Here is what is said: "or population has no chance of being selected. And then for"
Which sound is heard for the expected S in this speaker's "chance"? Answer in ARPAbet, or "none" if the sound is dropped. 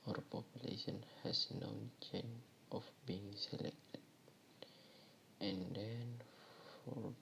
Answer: none